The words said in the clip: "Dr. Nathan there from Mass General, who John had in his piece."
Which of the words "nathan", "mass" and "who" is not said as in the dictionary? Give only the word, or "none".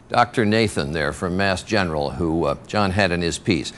none